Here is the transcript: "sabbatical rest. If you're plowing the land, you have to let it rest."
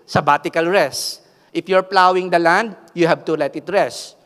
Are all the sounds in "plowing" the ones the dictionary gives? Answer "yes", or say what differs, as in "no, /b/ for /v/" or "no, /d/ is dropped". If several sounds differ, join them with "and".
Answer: yes